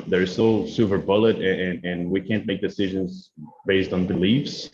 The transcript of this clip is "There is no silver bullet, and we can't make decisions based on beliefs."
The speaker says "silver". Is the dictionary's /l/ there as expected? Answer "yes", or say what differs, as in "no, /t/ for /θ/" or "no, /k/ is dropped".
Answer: no, /l/ is dropped